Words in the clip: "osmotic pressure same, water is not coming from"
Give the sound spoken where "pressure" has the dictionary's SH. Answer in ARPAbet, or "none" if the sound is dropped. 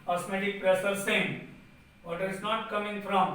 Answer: S